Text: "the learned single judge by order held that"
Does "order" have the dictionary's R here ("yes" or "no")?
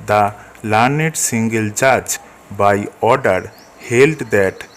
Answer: yes